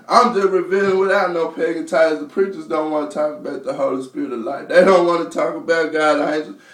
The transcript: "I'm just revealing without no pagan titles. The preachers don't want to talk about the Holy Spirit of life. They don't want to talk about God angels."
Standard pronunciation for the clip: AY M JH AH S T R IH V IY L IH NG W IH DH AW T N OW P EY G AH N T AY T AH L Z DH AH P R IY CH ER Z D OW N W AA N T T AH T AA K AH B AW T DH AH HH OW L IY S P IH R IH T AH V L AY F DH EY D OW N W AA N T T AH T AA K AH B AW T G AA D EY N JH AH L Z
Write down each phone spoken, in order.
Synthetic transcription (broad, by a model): AY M JH AH S T R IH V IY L IH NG W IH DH AW T N OW P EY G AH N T AY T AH Z DH AH P R IY CH ER Z D OW N W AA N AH T AA K AH B AW T DH AH HH OW L IY S P IH R IH T AH V L AY F DH EY D OW N W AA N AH T AA K AH B AW T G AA IH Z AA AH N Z